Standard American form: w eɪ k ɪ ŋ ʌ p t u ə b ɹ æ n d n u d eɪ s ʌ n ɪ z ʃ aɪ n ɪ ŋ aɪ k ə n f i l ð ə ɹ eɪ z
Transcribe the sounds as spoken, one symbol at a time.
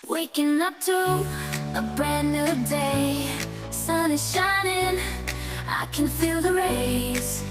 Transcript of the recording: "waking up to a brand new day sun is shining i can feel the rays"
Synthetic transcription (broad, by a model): w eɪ k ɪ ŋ ʌ p t u ə b æ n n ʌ d eɪ s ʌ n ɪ ʃ aɪ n ɪ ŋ aɪ k ə n f i l ð ə ɹ eɪ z